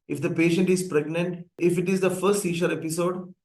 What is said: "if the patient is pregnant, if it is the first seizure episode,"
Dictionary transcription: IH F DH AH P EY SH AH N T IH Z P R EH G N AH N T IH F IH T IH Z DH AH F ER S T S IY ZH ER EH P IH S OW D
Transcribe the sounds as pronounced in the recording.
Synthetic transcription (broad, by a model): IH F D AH P EY SH AH N T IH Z P R EH G N AH N T IH F IH T IH Z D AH F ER S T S IY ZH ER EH P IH S OW D